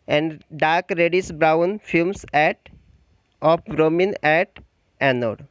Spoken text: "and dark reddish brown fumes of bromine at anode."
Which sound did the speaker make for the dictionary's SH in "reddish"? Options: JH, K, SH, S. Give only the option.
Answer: S